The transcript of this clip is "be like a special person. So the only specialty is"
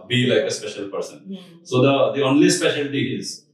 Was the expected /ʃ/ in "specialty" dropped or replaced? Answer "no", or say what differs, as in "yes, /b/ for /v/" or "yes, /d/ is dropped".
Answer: no